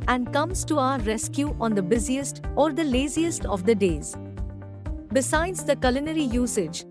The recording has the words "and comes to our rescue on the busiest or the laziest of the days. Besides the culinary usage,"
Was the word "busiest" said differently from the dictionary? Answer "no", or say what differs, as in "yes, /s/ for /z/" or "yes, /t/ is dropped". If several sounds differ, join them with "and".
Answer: no